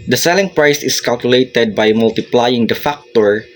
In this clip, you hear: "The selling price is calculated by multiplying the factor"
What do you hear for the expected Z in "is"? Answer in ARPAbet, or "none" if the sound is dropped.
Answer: S